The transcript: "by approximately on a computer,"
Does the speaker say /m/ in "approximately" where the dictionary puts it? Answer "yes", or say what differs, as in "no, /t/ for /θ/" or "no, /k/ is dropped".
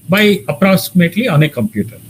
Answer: yes